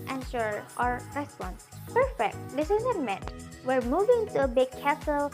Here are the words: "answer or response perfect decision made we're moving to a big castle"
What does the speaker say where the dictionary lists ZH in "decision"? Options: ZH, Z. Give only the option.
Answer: Z